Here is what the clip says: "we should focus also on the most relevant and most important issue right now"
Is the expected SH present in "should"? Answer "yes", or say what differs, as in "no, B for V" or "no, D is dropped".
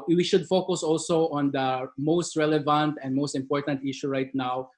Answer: yes